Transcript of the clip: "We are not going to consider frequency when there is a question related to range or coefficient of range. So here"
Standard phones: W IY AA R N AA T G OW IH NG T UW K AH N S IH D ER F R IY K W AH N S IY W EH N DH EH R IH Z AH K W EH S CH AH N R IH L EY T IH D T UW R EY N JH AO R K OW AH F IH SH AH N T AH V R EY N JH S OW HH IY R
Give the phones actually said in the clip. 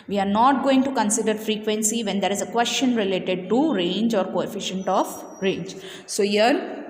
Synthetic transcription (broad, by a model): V IY AA R N AA T G OW IH NG T UW K AH N S IH D ER F R IY K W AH N S IY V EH N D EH R IH Z AH K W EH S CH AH N R IH L EY T IH D T UW R EY N JH AO R K OW AH F IH SH AH N T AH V R EY N JH S OW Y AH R